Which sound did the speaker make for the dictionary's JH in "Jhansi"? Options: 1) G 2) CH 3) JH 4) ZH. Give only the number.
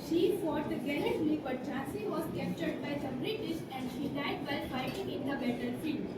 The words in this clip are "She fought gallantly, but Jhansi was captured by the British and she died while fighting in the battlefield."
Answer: 2